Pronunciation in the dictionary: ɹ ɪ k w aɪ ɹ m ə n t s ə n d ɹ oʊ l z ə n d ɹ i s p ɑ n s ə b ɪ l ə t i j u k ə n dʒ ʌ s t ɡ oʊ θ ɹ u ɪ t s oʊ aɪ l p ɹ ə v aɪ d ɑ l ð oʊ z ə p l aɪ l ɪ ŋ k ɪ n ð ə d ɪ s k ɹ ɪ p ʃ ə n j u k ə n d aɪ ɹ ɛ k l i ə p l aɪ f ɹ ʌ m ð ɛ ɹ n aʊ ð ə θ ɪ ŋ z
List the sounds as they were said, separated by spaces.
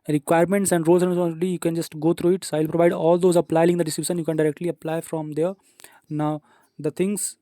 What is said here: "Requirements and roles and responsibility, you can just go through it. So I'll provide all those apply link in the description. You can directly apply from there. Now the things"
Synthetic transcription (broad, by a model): ɹ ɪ k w aɪ ɹ m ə n t s ə n d ɹ oʊ l s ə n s ɑ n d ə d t i j u k ə n dʒ ʌ s t ɡ oʊ t ɹ u ɪ t s oʊ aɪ l p ɹ ə v aɪ d ɑ l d oʊ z ə p l aɪ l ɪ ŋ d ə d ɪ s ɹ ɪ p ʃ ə n j u k ə n d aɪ ɹ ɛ k l i ə p l aɪ f ɹ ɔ m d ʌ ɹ n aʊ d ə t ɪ ŋ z